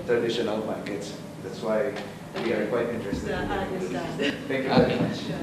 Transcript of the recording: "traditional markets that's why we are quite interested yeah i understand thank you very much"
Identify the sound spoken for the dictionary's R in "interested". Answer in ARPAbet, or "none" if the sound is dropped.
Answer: R